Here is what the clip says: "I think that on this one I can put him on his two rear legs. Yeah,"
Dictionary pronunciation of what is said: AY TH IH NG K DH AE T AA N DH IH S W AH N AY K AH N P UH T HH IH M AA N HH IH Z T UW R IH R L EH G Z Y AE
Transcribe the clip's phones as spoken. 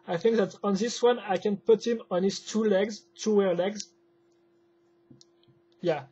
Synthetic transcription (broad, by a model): AY TH IH NG K DH AE T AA N DH IH S W AH N AY K AH N P UH T HH IH M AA N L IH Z T UW W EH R L EH G Z Y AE